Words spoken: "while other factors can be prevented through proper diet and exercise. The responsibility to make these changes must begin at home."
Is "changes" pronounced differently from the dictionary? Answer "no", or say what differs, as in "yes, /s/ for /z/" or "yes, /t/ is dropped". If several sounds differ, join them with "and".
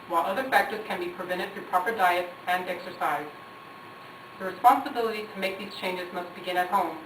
no